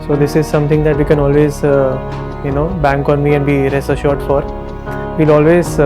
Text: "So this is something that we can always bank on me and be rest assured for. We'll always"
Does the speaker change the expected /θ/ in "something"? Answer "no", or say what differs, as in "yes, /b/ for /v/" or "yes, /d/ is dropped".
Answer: yes, /t/ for /θ/